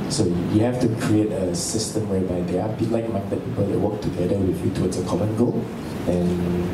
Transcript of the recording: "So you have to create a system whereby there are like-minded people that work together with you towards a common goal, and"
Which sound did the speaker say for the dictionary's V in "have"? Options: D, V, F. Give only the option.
F